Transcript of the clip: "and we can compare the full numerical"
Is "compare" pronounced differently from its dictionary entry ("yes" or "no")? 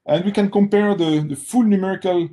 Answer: no